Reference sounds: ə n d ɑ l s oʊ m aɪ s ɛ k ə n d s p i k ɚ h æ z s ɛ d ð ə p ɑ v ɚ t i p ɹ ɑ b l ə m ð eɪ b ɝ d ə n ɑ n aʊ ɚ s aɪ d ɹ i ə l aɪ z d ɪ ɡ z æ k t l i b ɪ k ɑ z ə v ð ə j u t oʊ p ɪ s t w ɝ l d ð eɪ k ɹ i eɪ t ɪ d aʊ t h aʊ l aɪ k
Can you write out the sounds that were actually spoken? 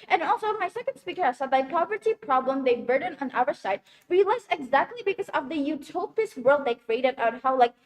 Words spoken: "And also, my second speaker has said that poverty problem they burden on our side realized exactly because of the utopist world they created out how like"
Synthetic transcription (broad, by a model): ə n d ɑ l s oʊ m aɪ s ɛ k ə n d s p i k ɚ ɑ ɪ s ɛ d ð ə p ɑ v ɚ t i p ɹ ɑ b l ə m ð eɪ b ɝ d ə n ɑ n aʊ ɚ s aɪ d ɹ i l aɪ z ɪ ɡ z æ k t l i b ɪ k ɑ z ə v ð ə j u t oʊ p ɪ s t w ɝ l d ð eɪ k ɹ i eɪ t ɪ d aʊ t h aʊ l aɪ k